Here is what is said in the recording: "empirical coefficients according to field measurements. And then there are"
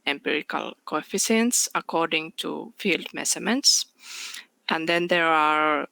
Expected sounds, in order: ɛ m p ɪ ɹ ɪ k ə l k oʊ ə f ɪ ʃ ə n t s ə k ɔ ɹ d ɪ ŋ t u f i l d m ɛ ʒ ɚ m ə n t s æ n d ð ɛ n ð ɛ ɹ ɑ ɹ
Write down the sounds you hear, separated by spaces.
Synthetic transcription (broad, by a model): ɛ m p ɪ ɹ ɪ k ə l k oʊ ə f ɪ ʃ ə n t s ə k ɔ ɹ d ɪ ŋ t u f i l d m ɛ s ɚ m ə n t s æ n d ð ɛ n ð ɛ ɹ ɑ ɹ